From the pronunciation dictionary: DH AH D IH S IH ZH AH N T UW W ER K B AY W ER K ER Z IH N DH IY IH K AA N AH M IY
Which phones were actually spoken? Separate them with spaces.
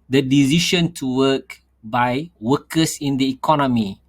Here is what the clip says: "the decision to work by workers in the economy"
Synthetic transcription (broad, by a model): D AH D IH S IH SH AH N T UW W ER K B AY W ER K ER S IH N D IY K AA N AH M IY